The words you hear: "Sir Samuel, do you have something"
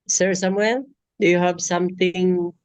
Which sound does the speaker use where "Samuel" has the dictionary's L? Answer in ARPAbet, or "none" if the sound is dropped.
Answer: N